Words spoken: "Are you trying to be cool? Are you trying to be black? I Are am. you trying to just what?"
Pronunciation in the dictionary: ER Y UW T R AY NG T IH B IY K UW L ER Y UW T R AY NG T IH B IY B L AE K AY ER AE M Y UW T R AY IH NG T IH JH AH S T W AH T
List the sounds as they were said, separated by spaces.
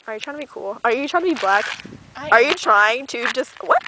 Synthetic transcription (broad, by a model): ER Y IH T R AY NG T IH B IY K UW L ER Y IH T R AY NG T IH B IY B L AE K ER Y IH T R AY IH NG T IH JH AH S T W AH T